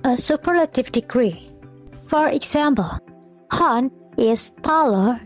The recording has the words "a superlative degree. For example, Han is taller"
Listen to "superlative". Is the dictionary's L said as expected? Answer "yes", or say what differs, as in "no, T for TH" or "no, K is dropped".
yes